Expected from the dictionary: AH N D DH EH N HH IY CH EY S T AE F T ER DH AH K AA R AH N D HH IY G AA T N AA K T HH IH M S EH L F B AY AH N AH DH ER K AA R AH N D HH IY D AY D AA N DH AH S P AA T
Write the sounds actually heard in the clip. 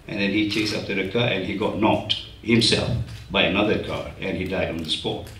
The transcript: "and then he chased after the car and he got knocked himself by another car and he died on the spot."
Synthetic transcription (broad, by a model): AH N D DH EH N HH IY CH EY S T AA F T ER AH K AA R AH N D HH IY G AA T N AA T HH IH M S EH L F B AY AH N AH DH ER K AA R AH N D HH IY D AY D AA N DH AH S P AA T